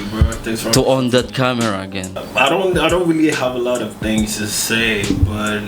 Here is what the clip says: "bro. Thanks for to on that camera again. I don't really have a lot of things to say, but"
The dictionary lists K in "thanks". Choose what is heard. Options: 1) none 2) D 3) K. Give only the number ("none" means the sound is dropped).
1